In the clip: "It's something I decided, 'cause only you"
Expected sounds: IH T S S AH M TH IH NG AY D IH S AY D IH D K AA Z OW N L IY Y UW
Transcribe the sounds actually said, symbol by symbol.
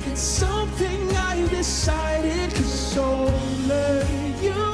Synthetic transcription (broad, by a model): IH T S S AH M TH IH NG AY D IH S AY D IH D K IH S OW L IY Y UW